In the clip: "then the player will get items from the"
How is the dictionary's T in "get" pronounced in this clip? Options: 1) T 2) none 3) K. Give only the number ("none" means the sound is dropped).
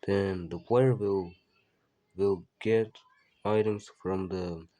1